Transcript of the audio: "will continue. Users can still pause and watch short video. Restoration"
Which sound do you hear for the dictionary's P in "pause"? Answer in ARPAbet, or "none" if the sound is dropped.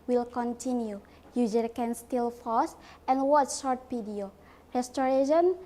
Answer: F